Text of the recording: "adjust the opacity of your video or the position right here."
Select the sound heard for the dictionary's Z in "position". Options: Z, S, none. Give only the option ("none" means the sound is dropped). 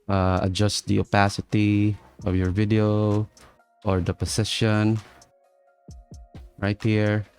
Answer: S